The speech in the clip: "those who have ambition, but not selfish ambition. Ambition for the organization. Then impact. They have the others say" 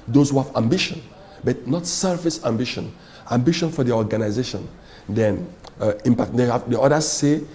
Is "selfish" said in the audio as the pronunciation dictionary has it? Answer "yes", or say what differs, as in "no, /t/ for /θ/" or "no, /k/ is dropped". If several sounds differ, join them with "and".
no, /s/ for /ʃ/